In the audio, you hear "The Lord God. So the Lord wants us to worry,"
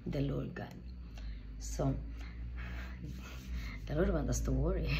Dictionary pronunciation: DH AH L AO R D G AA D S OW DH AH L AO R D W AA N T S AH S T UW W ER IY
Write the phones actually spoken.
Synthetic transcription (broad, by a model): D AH L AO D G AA S OW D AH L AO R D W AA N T AH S T UW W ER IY